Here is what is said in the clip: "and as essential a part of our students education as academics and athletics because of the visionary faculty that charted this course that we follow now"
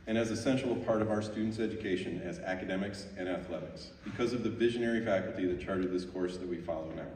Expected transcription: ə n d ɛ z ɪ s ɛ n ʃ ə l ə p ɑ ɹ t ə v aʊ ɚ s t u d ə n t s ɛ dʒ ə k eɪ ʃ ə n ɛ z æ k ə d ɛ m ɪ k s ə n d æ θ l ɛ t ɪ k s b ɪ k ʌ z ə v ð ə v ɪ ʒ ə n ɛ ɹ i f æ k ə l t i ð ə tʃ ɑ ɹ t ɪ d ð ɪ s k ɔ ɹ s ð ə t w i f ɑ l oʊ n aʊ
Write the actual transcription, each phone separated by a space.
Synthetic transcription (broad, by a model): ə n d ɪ z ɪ s ɛ n ʃ l ə p ɑ ɹ t ə v aʊ ɚ s t u d n t s ɛ dʒ ə k eɪ ʃ ə n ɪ z æ k ə d ɛ m ɪ k s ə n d æ θ l ɛ t ɪ k s b ɪ k ʌ z ə v ð ə v ɪ ʒ ə n ɛ ɹ i f æ k l t i ð ə tʃ ɑ ɹ t ɪ d ð ɪ s k ɔ ɹ s ð ə t w i f ɑ l oʊ n aʊ